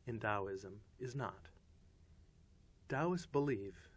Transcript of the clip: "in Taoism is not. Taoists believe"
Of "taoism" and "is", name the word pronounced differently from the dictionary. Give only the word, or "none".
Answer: none